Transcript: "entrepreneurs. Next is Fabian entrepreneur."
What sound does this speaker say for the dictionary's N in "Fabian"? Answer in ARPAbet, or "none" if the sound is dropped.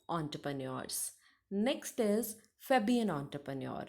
N